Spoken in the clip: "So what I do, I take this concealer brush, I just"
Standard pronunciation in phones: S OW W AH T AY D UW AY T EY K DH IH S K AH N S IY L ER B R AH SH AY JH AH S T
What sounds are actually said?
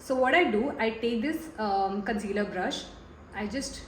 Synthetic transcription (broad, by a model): S OW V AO T AY D UW AY T EY K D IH S K AH N S IY L ER B R AH SH AY JH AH S T